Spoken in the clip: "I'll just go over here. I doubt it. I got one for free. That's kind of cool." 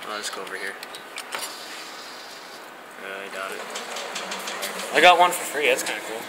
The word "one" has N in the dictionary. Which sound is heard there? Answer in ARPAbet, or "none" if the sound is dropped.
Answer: N